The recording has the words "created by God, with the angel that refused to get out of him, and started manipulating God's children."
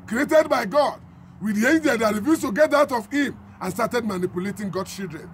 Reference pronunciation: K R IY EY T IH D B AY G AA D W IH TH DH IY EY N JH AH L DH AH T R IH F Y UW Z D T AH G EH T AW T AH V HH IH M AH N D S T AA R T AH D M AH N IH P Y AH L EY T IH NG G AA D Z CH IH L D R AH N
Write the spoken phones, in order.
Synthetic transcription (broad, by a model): K R IY EY T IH D B AY G AA D W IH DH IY EY N JH AH L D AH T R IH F Y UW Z T AH G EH T AW T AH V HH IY M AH N S T AA T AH D M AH N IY P Y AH L EY T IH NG G AA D CH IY L D R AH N